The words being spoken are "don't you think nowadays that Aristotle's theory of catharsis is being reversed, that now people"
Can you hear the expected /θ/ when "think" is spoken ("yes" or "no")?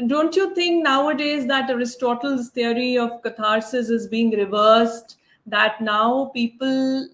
no